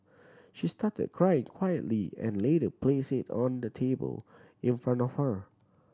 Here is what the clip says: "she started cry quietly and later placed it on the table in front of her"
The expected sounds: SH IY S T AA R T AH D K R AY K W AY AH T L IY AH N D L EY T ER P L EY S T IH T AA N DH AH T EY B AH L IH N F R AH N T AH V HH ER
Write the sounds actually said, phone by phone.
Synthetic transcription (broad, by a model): SH IY S T AA T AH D K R AY K W AY AH T L IY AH N L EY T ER P L EY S IH T AA N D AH T EY B AH L IH N F R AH N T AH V HH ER